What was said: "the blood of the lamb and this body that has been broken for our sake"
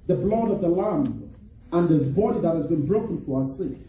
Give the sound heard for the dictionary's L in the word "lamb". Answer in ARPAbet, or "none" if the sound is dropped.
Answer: L